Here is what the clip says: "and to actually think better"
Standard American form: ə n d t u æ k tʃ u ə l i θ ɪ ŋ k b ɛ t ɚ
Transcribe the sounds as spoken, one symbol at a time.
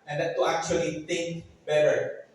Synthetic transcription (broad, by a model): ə n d t u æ k tʃ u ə l i t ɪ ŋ k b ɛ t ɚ